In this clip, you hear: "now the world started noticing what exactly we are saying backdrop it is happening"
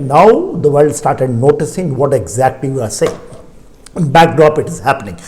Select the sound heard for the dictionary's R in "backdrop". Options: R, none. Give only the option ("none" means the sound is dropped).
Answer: R